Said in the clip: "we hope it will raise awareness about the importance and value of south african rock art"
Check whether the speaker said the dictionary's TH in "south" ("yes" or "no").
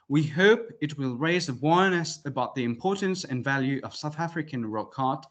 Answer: yes